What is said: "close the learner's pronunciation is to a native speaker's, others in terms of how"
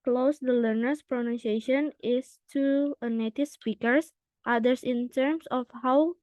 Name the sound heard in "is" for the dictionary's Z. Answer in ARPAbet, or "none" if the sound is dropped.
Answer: S